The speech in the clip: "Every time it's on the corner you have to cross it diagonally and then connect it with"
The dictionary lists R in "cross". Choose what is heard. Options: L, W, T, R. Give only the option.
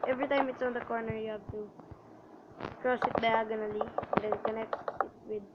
R